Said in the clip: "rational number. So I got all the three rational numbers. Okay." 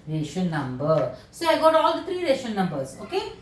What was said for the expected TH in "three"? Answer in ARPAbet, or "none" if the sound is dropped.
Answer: T